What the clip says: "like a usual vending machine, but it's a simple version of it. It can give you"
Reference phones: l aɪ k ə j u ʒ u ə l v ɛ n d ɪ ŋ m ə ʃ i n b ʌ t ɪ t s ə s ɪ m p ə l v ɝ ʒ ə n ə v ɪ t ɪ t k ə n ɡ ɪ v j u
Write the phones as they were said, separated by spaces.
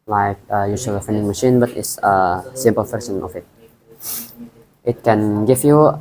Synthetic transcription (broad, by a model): l aɪ k ə j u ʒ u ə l f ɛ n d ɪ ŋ m ə ʃ i n b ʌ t ɪ t s ə s ɪ m p ə l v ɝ s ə n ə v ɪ t ɪ t k ə n ɡ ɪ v j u